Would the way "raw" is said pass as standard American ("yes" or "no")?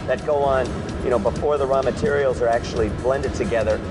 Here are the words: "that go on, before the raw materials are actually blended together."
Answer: yes